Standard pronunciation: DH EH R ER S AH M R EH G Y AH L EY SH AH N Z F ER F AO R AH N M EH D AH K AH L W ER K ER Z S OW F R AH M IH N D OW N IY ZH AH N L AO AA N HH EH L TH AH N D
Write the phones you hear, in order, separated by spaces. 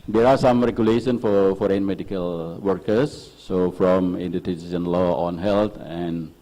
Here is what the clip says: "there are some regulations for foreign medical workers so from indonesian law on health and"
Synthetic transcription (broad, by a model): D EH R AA S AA M R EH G Y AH L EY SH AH N F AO F AO R AH N M EH D AH K AH L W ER K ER S OW F R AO M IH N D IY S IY S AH N L AO AA N HH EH L T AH N